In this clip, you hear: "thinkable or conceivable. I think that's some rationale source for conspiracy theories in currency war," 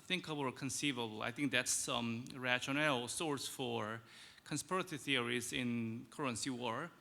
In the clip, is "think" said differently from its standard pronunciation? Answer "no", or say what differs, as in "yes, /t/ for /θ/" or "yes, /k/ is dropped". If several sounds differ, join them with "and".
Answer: no